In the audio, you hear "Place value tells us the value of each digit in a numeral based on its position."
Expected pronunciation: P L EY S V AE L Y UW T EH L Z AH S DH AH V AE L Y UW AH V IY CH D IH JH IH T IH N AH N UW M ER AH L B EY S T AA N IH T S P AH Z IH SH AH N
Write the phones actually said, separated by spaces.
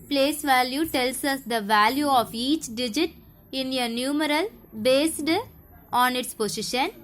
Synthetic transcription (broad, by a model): P L EY S V AE L Y UW T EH L S AH S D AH V AE L Y UW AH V IY CH D IH JH IH T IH N AH N UW M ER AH L B EY S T AA N IH T S P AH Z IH SH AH N